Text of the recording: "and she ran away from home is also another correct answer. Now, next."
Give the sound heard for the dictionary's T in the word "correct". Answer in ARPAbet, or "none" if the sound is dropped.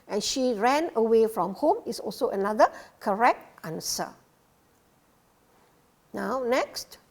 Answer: T